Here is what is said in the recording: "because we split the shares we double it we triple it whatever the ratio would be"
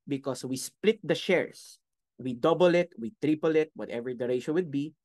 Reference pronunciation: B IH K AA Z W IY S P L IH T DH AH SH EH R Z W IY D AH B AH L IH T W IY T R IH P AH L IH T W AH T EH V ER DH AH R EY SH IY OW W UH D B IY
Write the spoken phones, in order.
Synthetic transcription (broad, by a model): B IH K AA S W IY S P L IH T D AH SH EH R S W IY D AH B AH L IH T W IY T R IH P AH L IH T W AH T EH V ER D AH R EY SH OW W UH D B IY